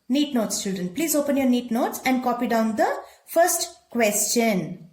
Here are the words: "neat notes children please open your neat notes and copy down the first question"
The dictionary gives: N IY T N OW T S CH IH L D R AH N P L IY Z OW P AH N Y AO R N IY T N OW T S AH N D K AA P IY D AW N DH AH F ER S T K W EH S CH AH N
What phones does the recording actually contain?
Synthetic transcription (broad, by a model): N IY T N OW T S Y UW D AH N P L IY Z OW P AH N Y AO R N IY T N OW T S AH N D K AA P IY D AW N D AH F ER S T K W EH S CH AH N